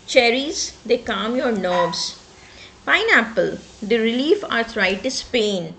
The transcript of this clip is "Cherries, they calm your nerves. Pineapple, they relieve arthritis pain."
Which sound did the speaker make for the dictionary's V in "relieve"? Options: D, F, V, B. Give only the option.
F